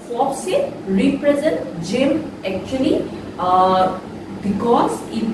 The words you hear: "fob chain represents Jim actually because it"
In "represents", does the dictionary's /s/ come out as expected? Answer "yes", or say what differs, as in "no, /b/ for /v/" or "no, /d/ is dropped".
no, /s/ is dropped